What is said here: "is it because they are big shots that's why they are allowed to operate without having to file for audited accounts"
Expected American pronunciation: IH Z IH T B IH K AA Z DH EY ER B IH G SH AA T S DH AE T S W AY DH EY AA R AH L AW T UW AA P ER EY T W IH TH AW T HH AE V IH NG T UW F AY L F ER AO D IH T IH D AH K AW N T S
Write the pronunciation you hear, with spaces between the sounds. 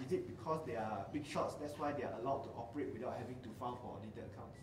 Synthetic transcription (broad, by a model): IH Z IH T B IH K AA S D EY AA B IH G SH AA T S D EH T S W AY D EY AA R AH L AW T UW AA P ER EY T W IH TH AW T HH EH V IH NG T UW F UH N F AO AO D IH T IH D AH K AW N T S